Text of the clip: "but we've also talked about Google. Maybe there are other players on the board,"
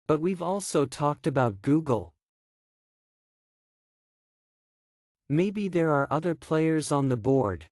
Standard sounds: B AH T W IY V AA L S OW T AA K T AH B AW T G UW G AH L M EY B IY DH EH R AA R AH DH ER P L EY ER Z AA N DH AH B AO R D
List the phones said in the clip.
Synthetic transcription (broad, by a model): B AH T W IY V AA L S OW T AA K T AH B AW T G UW G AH L M EY B IY DH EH R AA R AH DH ER P L EY ER Z N DH AH B AO R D